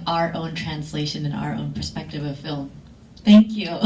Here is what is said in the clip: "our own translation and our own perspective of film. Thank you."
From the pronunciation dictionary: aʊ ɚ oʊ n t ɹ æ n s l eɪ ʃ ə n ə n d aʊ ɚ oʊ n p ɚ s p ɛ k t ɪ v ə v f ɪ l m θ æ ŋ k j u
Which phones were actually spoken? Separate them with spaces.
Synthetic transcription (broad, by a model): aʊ ɚ oʊ n t ɹ æ n s l eɪ ʃ ə n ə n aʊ ɚ oʊ n p ɚ s p ɛ k t ɪ v ə v f ɪ l m θ æ ŋ k j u